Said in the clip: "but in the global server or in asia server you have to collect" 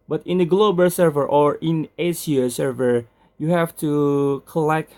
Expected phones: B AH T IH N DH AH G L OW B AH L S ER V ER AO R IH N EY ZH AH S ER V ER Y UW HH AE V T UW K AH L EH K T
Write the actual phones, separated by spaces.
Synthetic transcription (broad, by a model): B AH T IH N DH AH G L OW B AH L S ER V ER AO R IH N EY S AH S ER V ER Y UW HH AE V T UW K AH L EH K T